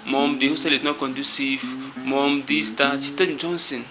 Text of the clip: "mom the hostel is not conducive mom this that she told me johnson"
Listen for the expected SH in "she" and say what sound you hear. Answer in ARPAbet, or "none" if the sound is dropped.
S